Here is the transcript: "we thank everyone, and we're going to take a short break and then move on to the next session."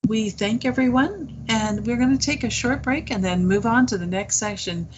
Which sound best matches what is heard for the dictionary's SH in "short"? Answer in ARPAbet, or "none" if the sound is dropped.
SH